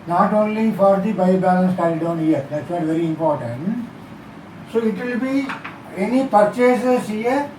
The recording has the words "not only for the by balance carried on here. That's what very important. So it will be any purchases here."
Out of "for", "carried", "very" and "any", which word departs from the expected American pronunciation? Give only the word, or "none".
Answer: carried